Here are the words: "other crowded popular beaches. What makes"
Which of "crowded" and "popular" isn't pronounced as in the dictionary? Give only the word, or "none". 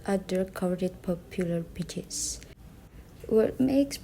crowded